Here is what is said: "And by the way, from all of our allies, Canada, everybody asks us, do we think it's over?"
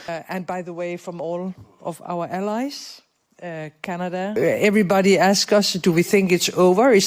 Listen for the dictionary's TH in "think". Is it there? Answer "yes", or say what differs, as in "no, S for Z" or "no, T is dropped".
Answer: yes